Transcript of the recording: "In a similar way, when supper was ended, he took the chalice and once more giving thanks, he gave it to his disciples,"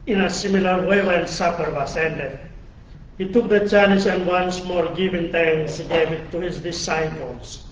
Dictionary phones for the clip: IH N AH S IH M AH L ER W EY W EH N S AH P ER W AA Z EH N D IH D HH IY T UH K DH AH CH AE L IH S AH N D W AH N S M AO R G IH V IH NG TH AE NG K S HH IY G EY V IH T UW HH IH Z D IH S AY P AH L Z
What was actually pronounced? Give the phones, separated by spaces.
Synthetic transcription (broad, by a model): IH N AH S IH M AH L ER W EY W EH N S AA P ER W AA S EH N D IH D HH IY T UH K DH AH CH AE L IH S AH N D W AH N S M AO R G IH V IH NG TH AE NG S HH IY G EY V IH T UW HH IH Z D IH S AY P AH L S